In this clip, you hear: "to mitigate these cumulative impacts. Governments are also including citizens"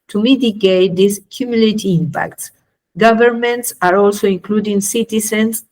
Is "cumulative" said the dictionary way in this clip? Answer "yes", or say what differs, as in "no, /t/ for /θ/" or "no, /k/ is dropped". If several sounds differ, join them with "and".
no, /v/ is dropped